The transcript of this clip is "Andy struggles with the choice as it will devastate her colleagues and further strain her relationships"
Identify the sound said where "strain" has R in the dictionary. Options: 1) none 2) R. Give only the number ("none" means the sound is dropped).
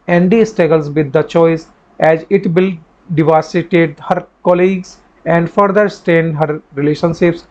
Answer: 1